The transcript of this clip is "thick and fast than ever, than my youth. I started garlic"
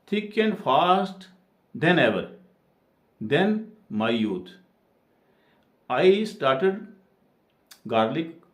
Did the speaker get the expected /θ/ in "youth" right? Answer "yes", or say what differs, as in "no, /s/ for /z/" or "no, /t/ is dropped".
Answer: no, /t/ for /θ/